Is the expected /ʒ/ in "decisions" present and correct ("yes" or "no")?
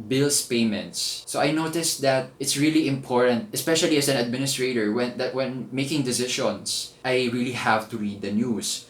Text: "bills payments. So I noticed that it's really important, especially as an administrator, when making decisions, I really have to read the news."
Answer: no